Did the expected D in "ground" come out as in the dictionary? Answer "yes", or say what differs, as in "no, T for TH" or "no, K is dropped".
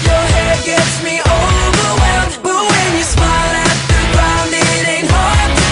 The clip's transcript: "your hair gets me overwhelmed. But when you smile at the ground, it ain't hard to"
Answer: no, D is dropped